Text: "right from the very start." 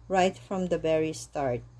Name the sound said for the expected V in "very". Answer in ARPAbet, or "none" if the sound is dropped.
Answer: B